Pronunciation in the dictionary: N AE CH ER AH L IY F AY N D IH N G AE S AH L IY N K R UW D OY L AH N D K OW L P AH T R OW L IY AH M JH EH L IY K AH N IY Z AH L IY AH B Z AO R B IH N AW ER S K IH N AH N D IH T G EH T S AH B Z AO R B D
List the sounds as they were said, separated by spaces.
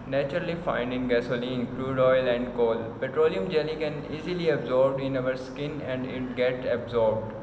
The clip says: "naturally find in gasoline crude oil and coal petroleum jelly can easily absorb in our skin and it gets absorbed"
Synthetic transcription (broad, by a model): N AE CH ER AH L IY F AY N D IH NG G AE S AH L IY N K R UW D OY L AH N D K OW L P AH T R OW L IY AH M JH EH L IY K AH N IY Z AH L IY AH B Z AO R B IH N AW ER S K IH N AH N D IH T G EH T S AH B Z AO R B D